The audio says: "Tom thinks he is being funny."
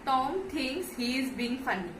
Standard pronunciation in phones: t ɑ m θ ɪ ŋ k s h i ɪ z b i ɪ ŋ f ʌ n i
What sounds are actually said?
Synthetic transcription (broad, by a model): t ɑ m t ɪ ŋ s h i ɪ z b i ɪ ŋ f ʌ n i